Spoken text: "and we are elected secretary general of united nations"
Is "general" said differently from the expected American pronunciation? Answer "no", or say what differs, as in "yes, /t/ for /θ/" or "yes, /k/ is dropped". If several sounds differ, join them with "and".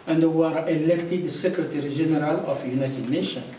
yes, /ʒ/ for /dʒ/